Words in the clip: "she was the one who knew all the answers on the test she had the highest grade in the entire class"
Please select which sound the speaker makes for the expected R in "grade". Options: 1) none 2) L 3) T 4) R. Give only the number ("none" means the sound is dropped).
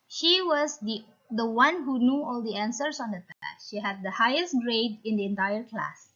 4